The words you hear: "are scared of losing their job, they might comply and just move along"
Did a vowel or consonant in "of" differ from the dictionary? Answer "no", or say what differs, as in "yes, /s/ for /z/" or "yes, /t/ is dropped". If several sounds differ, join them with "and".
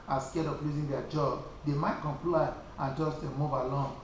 yes, /p/ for /v/